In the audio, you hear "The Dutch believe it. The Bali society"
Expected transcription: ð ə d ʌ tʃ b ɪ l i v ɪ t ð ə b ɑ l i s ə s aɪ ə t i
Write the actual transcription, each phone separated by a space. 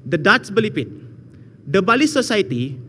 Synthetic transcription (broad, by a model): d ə d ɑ s b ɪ l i p ɪ t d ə b ɑ l i s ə s aɪ t i